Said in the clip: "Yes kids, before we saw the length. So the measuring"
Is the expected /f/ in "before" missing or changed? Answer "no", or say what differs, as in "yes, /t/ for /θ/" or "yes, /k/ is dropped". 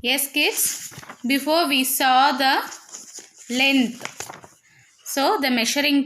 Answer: no